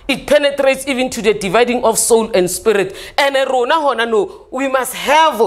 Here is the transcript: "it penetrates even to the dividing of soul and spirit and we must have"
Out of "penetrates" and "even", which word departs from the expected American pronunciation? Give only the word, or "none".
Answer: none